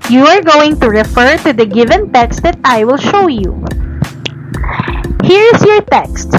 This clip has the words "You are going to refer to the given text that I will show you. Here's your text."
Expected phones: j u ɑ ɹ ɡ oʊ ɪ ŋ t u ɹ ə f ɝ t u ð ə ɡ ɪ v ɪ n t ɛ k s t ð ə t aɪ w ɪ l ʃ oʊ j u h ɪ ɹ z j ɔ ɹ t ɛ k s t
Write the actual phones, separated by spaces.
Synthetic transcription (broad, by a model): j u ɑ ɹ ɡ oʊ ɪ ŋ t u ɹ ə f ɝ t u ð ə ɡ ɪ v ɪ n t ɛ k s t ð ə t aɪ w ɪ l ʃ oʊ j u h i ɹ s j ɔ ɹ t ɛ k s t